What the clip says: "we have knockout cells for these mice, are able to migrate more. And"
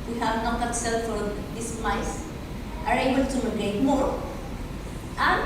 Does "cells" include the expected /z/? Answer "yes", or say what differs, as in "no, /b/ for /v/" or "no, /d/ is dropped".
no, /z/ is dropped